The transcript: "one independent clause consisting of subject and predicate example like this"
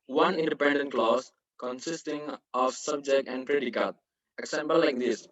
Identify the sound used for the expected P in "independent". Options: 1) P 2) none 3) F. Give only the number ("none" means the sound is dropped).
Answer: 1